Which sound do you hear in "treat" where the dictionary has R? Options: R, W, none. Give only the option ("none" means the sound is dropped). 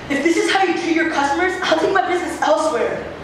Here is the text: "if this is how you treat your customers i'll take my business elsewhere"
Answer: none